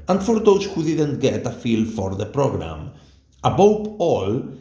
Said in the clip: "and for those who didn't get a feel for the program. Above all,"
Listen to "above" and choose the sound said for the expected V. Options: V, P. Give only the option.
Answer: P